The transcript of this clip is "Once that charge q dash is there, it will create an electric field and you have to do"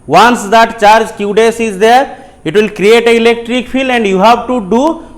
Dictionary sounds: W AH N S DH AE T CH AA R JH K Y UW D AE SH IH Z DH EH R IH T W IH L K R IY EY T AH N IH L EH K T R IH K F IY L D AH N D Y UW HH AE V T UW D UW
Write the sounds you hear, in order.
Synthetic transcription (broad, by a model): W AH N S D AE T CH AA R JH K Y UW D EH S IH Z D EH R IH T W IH L K R IY EY T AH IH L EH K T R IH K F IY L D AH N D Y UW HH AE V T UW D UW